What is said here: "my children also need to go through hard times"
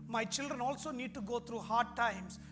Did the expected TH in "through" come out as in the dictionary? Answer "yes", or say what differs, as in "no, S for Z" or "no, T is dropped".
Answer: no, T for TH